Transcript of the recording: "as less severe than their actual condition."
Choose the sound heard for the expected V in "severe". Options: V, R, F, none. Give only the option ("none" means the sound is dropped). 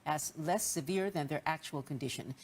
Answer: V